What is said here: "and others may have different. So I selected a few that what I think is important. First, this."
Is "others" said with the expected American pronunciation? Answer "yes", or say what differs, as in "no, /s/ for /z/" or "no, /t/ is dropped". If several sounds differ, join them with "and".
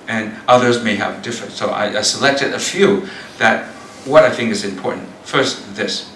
yes